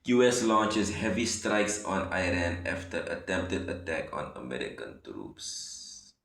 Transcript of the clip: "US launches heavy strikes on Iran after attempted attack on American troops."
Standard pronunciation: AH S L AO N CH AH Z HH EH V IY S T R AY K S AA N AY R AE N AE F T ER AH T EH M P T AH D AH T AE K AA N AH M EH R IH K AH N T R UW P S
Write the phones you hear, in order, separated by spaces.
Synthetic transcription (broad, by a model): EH S L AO N CH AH S HH EH V IY S T R AY K S AA N AY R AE N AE F T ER AH T EH M P T AH D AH T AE K AA N AH M EH R IH K AH N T R UW P S